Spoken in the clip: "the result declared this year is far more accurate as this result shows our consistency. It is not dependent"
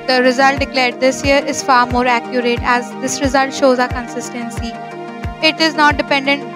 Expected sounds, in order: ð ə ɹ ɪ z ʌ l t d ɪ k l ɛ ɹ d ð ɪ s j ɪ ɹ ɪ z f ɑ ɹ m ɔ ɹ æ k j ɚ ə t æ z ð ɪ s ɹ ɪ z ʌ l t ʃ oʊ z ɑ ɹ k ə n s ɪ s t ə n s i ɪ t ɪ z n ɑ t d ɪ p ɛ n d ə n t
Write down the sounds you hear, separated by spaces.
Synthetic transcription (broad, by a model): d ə ɹ ɪ z ʌ l t d ɪ k l ɛ ɹ d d ɪ s j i ɹ ɪ z f ɑ ɹ m ɔ ɹ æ k j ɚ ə t æ z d ɪ s ɹ ɪ z ʌ l t ʃ oʊ z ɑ k ə n s ɪ s t ə n s i ɪ t ɪ z n ɑ t d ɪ p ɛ n d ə n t